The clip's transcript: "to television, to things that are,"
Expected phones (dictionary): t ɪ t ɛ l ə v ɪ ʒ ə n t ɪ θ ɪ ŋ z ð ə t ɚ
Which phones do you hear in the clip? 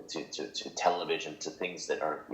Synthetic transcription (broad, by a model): t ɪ t ɛ l ə v ɪ ʒ ə n t ɪ θ ɪ ŋ z ð ə t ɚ